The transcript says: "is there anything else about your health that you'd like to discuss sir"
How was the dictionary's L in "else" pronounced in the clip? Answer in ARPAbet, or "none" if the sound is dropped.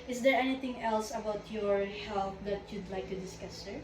L